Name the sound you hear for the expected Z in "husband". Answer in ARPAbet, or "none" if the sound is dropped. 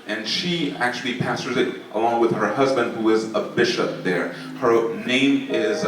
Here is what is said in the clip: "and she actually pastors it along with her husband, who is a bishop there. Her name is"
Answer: Z